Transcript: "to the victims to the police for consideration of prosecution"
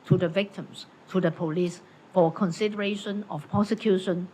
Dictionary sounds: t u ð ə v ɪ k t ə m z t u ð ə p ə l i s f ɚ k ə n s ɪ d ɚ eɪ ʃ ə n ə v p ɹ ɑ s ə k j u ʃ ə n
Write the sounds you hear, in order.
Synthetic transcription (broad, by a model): t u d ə v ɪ k t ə m s t u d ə p ə l i s f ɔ k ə n s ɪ d ɚ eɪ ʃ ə n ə f p ɹ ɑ s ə k j u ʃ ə n